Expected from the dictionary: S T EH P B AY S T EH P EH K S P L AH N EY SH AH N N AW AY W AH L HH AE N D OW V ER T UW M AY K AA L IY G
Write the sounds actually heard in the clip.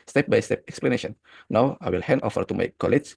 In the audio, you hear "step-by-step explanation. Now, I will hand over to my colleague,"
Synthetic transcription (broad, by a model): S T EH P B AY S T EH P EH K S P L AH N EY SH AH N N AW AY W AH L HH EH N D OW F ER T UW M AY K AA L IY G